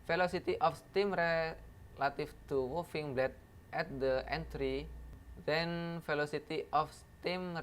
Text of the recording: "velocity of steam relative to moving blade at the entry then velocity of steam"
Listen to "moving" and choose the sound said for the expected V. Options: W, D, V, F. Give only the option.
F